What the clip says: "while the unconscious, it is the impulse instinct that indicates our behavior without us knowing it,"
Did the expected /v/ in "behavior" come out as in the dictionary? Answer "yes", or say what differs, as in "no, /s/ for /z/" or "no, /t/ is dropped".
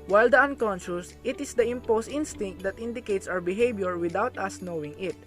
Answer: no, /b/ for /v/